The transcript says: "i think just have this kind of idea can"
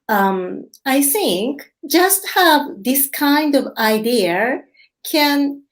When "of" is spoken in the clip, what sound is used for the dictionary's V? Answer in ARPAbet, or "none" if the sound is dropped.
V